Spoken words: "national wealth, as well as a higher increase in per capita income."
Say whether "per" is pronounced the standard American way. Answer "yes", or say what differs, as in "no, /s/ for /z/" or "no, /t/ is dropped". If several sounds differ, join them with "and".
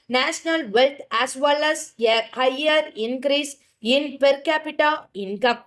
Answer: yes